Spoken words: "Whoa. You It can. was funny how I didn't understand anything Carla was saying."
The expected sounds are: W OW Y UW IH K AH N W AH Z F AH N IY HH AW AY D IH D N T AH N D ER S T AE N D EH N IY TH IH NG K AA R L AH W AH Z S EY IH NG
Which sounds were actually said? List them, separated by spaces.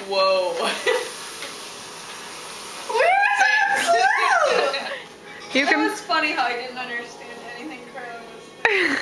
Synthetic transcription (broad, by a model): W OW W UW IH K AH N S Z F AH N IY HH AW AY D IH D N T AH N D ER S T AE N D EH N IY TH IH NG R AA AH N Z